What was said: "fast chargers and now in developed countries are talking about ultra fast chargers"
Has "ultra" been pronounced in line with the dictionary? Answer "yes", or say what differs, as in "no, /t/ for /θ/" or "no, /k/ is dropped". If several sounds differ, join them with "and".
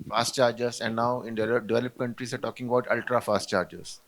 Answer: yes